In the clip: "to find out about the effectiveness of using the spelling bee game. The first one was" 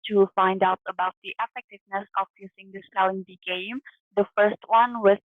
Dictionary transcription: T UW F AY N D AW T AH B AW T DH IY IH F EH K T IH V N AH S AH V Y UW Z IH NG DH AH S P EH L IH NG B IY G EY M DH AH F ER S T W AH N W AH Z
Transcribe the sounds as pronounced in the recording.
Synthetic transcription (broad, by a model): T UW F AY N D AW T AH B AW T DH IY IH F EH K T IH V N AH S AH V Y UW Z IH NG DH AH S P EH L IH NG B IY G EY M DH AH F ER S T W AH N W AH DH